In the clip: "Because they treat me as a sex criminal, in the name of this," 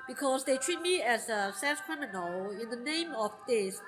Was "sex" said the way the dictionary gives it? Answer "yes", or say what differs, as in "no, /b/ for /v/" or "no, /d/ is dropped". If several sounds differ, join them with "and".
no, /k/ is dropped